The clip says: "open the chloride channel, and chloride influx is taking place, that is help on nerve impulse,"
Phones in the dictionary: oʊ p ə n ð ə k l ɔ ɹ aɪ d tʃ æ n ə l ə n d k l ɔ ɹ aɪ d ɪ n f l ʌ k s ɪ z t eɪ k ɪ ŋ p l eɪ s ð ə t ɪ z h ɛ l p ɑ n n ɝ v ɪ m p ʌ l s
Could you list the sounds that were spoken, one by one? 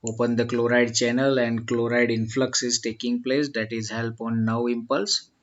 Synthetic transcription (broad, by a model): oʊ p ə n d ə k l ɔ ɹ aɪ d tʃ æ n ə l ə n d k l ɔ ɹ aɪ d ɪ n f l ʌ k s ɪ z t eɪ k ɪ ŋ p l eɪ s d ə t ɪ z h ɛ l p ɑ n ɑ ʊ ɪ m p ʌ l s